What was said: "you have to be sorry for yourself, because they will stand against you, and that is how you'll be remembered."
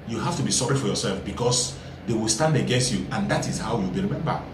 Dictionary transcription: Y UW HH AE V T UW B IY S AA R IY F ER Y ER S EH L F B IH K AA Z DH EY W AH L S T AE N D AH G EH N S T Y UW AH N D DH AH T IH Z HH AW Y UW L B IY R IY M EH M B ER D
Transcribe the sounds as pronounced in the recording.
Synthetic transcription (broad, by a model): Y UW HH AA F T UW B IY S AA R IY F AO Y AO S EH L F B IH K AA S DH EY W AH L S T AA N D AH G EH N S T Y UW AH N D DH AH T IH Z HH AW Y UW L B IY R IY M EH M B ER